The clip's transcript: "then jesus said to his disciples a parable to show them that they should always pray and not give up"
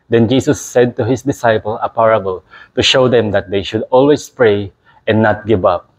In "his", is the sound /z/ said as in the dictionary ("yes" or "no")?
no